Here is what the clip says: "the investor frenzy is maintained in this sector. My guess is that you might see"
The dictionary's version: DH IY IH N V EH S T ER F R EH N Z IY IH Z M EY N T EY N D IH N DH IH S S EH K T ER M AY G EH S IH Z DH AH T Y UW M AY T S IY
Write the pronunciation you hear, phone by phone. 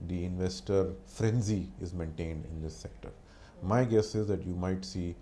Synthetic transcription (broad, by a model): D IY IH N V EH S T ER F R EH N Z IY IH Z M EY N T EY N D IH N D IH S S EH K T ER M AY G EH S IH Z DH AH T Y UW M AY T S IY